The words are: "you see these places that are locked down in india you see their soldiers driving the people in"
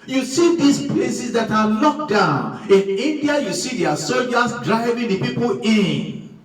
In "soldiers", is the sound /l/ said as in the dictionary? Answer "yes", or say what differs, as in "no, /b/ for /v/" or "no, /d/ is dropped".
no, /l/ is dropped